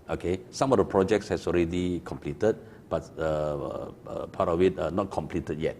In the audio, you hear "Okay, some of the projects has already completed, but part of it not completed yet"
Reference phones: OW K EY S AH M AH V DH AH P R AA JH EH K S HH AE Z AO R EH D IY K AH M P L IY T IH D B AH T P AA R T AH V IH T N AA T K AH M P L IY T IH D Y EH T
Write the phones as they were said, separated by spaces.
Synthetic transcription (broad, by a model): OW K EY S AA M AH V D AH P R AA JH EH K S HH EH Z AO R EH D IY K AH M P L IY T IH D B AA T P AA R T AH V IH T N AA T K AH M P L IY T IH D Y EH T